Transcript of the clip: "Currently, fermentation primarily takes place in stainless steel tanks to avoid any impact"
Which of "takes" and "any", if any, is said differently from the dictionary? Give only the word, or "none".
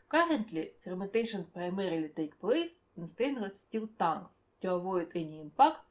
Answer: takes